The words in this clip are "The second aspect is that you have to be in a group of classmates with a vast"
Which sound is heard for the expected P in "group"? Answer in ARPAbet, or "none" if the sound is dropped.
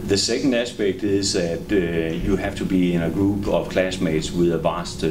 B